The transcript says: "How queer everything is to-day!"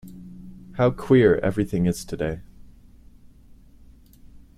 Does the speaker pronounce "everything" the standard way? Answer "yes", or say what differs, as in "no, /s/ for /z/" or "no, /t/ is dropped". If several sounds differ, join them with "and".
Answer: yes